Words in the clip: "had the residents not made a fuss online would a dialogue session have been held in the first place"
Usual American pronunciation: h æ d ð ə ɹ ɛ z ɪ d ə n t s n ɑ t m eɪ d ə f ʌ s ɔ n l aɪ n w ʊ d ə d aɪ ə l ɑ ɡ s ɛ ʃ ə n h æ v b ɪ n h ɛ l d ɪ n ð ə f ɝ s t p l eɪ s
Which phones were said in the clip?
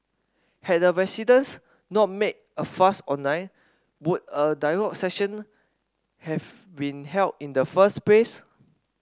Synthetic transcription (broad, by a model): h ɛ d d ə ɹ ɛ s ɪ d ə n s n ɑ t m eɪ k ə f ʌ s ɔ n aɪ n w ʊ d ə d aɪ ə l ɑ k s ɛ ʃ ə n h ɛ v b ɪ n h ɛ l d ɪ n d ə f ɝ s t p l eɪ s